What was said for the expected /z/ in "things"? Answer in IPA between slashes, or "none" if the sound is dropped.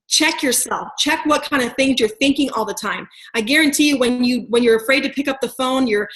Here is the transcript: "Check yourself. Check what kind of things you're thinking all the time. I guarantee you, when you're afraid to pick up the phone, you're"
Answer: /z/